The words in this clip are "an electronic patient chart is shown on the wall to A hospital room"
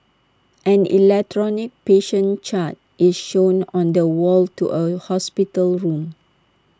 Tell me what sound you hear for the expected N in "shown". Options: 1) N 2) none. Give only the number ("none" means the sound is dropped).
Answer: 1